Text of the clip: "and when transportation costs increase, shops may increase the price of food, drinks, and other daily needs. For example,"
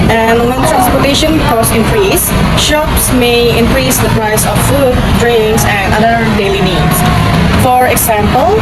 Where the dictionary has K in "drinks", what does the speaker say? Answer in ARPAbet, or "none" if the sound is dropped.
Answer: none